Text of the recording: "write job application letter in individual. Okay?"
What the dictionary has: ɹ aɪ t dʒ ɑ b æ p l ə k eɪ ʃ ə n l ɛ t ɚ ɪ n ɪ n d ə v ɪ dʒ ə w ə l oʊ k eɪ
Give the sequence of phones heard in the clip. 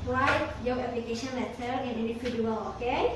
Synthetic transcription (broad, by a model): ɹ aɪ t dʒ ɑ ɛ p l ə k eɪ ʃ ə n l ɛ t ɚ ɪ n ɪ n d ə f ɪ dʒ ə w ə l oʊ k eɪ